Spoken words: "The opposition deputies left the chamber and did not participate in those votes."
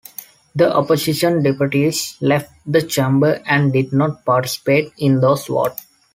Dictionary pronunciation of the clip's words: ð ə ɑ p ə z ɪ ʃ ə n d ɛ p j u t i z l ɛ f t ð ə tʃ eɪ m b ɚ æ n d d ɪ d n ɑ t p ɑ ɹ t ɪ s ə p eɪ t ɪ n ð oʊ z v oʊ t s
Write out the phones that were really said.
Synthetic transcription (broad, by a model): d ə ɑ p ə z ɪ ʃ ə n d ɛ p j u t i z l ɛ f t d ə tʃ eɪ m b ɚ æ n d d ɪ d n ɑ t p ɑ ɹ t ɪ s ə p eɪ t ɪ n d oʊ s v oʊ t